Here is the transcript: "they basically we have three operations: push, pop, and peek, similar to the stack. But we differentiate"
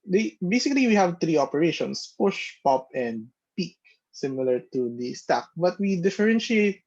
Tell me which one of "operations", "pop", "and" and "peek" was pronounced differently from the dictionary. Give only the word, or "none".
operations